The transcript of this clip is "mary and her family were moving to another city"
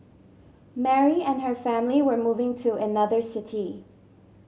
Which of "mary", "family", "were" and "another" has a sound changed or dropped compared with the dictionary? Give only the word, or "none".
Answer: none